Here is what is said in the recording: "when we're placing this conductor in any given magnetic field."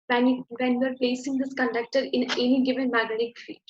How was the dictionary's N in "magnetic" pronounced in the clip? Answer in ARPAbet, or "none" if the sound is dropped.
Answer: none